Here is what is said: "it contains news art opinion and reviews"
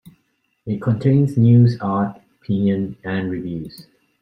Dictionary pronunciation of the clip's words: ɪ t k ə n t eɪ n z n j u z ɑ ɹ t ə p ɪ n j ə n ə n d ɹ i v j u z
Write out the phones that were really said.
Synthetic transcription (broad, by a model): ɪ t k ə n t eɪ n s n j u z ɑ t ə p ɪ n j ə n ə n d ɹ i v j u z